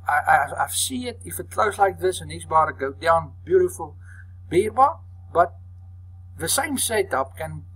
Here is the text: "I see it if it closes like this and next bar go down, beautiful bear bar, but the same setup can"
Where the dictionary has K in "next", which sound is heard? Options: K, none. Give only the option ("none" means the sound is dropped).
none